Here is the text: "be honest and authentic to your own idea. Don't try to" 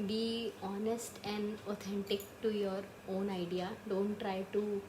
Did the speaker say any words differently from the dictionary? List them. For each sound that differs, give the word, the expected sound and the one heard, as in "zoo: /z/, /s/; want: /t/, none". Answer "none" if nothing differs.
authentic: /θ/, /t/